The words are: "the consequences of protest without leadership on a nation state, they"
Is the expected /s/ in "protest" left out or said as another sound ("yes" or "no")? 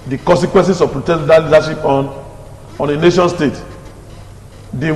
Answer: yes